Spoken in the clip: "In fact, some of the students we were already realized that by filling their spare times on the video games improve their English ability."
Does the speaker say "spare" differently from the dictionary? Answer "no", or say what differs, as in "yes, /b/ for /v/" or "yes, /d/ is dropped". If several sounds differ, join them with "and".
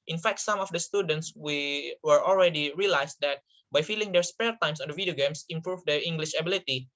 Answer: yes, /l/ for /ɹ/